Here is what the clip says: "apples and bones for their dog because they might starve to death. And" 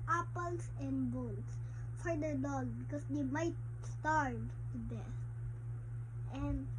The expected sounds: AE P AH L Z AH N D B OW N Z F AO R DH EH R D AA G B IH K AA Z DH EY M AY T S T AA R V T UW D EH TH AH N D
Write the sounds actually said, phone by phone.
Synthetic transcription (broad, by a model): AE P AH L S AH N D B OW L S F AO R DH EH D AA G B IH K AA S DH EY M AY T S T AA R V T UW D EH S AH N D